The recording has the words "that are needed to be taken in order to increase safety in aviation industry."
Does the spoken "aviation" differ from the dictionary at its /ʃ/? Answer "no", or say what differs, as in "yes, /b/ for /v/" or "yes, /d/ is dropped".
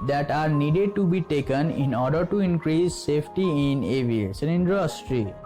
yes, /s/ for /ʃ/